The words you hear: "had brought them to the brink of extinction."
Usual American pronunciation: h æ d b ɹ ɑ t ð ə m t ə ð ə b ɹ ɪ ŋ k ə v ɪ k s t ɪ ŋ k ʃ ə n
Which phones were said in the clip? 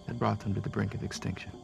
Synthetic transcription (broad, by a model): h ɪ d b ɹ ɑ t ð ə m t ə ð ə b ɹ ɪ ŋ k ə v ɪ k s t ɪ ŋ k ʃ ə n